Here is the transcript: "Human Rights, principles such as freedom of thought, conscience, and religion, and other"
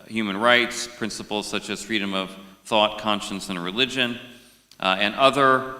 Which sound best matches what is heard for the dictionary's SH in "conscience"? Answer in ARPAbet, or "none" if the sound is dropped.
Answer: SH